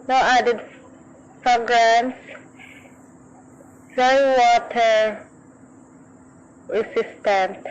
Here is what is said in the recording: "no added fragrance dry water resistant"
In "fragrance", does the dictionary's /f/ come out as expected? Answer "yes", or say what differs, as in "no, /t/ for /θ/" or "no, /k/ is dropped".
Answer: no, /p/ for /f/